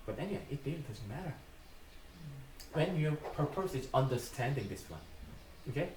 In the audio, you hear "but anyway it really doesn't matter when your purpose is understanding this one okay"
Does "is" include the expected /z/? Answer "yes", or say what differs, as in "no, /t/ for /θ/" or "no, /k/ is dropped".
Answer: no, /s/ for /z/